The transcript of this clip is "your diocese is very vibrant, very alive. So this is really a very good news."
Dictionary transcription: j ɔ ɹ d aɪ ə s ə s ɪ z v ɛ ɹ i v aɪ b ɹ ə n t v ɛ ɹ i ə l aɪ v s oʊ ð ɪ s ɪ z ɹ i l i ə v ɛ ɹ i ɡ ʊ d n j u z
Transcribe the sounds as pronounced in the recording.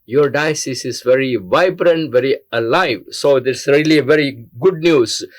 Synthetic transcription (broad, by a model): j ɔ ɹ d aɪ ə s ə s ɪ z v ɛ ɹ i v aɪ b ɹ ə n t v ɛ ɹ i ə l aɪ v s oʊ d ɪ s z ɹ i l i ə v ɛ ɹ i ɡ ʊ d n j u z